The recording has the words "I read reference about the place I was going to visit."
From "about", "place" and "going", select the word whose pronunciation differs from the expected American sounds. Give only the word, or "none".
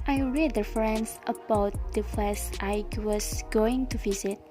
place